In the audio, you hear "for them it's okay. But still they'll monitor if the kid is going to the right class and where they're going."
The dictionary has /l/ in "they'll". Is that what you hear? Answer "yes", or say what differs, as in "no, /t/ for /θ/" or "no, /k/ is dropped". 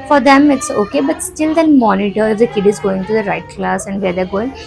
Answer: no, /n/ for /l/